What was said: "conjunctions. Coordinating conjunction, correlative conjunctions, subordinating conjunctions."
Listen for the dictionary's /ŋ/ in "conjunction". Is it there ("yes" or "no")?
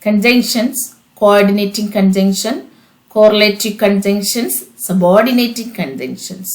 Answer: yes